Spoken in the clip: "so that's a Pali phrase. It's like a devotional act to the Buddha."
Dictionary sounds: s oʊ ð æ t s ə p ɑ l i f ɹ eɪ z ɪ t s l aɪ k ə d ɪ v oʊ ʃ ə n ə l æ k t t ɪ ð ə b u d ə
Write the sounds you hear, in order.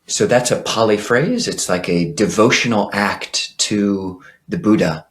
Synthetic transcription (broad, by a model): s oʊ ð æ t s ə p ɑ l i f ɹ eɪ z ɪ t s l aɪ k ə d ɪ v oʊ ʃ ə n l æ k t t ɪ ð ə b u d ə